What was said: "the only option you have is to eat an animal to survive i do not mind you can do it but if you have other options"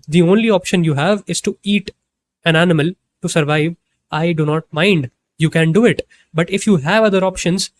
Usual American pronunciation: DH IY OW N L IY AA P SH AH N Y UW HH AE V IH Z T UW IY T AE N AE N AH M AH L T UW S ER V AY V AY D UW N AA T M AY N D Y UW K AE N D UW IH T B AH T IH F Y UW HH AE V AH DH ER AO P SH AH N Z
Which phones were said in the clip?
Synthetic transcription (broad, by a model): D IY OW N L IY AA P SH AH N Y UW HH AE V IH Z T UW IY T AE N AE N AH M AH L T UW S ER V AY V AY D UW N AA T M AY N D Y UW K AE N D UW IH T B AH T IH F Y UW HH AE V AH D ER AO P SH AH N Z